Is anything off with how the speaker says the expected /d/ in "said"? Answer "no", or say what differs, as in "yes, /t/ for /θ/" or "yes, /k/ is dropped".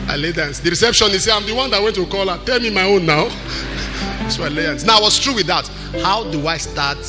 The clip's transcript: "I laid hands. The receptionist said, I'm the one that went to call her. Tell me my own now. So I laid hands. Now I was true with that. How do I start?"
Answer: yes, /d/ is dropped